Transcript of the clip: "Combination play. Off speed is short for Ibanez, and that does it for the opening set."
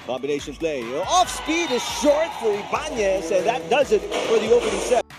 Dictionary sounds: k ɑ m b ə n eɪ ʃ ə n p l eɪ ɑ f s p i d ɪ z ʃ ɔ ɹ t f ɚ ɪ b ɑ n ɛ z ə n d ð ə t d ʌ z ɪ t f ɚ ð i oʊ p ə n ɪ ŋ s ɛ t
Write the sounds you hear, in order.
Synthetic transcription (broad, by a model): k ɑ m b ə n eɪ ʃ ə n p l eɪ ɑ f s p i d ɪ z ʃ ɔ ɹ t f ɚ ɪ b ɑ n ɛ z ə n ð ə t d ʌ z ɪ t f ɚ ð i oʊ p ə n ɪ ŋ s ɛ